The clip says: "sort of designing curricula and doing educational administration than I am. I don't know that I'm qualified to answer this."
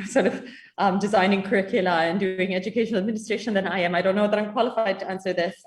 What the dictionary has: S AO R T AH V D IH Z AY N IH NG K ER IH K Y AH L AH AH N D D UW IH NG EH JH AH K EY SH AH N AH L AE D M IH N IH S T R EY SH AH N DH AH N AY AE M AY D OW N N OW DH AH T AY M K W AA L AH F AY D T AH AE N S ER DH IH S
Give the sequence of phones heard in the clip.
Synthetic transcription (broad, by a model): S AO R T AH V D IH Z AY N IH NG K ER IH K Y AH L AH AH N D D UW IH NG EH JH AH K EY SH AH N AH L AE D M IH N IH S T R EY SH AH N DH AH N AY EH M AY D OW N N OW DH AH T AY M K W AA L AH F AY D T AH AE N S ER DH IH S